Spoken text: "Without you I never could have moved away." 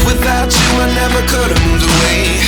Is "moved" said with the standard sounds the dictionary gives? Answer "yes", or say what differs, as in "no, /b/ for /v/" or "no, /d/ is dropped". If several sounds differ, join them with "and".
no, /d/ is dropped